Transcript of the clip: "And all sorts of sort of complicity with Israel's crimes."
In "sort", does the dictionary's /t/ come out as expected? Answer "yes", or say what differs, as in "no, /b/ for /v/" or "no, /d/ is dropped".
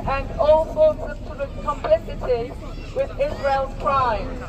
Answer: no, /t/ is dropped